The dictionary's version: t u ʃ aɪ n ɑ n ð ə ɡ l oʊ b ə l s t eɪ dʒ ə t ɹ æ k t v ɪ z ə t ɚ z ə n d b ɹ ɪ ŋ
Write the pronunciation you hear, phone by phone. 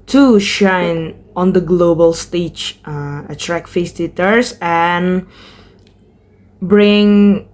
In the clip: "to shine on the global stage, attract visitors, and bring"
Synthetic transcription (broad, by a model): t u ʃ aɪ n ɑ n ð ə ɡ l oʊ b ə l s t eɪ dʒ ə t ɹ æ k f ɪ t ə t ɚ s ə n b ɹ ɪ ŋ